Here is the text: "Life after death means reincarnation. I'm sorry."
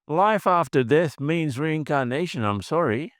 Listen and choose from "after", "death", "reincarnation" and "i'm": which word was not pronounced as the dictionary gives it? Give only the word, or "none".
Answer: death